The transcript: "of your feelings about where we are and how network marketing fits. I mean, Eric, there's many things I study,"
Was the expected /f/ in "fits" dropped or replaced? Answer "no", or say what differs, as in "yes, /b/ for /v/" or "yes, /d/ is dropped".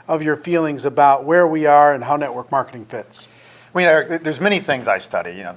no